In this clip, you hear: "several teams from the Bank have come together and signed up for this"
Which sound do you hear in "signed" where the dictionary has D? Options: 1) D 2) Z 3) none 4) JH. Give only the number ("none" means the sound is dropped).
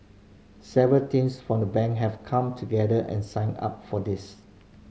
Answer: 3